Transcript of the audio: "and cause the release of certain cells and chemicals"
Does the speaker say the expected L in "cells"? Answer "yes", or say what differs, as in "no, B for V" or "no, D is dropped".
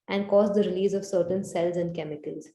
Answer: yes